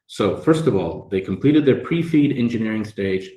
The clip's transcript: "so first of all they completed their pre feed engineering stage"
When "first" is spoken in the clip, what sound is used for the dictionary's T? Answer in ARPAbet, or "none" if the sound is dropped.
T